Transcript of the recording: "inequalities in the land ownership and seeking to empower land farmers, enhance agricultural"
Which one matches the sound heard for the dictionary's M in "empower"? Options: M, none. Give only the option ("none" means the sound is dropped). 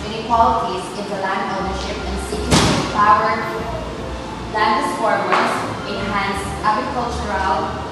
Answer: none